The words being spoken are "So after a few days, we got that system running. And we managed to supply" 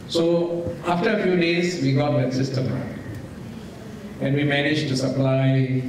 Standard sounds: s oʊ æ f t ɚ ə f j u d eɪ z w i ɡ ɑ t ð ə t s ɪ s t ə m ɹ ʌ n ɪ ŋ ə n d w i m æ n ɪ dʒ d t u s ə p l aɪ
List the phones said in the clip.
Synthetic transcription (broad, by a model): s oʊ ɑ f t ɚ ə f j u d eɪ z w i ɡ ɑ t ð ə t s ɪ s t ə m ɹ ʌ ɪ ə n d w i m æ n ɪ dʒ t u s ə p l aɪ